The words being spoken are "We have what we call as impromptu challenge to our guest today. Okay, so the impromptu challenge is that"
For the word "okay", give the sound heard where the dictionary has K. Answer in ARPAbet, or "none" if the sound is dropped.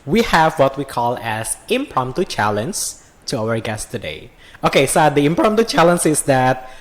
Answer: K